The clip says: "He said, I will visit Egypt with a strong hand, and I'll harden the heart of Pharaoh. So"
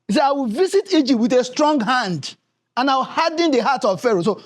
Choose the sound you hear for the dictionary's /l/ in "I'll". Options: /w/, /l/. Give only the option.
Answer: /w/